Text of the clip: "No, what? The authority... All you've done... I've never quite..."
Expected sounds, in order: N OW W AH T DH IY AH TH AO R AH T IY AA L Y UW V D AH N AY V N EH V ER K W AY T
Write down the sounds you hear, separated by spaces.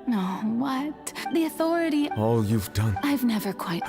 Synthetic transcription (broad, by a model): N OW W AH T DH IY AH TH AO R AH T IY AA L Y UW V D AH N AY V N EH V ER K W AY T